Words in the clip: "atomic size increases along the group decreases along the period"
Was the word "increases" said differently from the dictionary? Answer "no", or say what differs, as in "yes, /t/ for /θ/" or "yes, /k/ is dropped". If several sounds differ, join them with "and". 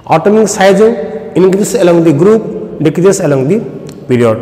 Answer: yes, /ɹ/ is dropped and /s/ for /z/